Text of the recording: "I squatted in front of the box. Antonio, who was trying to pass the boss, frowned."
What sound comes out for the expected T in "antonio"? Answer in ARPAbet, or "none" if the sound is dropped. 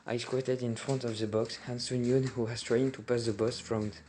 S